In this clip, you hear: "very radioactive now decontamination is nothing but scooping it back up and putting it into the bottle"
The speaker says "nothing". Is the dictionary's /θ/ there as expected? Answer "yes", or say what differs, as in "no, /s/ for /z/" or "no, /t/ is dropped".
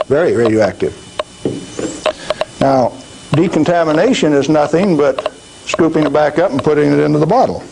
yes